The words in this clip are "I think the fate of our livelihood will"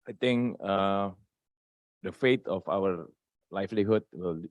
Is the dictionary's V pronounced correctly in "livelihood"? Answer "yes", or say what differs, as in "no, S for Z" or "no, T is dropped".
no, F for V